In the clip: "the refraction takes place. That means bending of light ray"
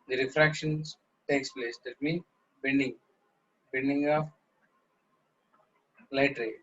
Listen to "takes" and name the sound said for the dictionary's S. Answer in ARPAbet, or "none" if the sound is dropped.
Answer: S